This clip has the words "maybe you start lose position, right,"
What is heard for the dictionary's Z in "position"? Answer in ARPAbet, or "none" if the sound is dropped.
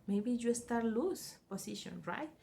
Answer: S